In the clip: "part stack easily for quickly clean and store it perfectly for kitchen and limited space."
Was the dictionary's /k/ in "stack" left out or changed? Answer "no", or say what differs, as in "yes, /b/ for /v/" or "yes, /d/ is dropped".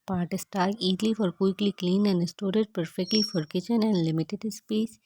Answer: yes, /k/ is dropped